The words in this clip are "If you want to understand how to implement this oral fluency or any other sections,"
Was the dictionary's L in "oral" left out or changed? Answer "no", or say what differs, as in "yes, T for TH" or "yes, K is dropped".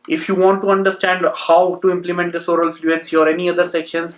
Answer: no